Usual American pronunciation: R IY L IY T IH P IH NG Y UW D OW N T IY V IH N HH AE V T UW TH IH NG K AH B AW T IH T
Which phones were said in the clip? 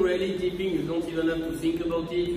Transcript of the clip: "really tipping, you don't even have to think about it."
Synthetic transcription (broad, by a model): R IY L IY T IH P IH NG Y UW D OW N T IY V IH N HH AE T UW TH IH NG K AH B AW T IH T